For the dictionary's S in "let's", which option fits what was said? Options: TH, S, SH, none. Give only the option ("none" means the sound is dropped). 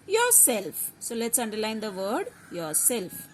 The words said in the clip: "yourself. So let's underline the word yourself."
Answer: S